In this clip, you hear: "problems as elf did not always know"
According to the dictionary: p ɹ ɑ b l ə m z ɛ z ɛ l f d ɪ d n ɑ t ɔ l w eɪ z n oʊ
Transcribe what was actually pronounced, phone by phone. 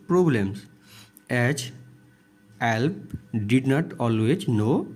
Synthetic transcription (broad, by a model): p ɹ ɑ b l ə m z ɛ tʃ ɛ l p d ɪ d n ɑ t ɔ l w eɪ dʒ n oʊ